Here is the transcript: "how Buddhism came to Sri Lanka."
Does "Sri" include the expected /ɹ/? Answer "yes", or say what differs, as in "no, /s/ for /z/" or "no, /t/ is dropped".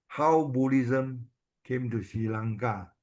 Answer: no, /ɹ/ is dropped